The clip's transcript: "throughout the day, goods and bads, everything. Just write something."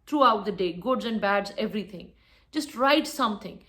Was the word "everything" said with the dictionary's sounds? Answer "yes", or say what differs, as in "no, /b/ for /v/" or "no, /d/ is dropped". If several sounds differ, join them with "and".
no, /t/ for /θ/